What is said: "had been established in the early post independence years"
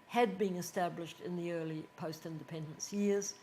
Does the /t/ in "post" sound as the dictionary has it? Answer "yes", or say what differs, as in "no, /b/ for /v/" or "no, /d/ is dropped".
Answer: yes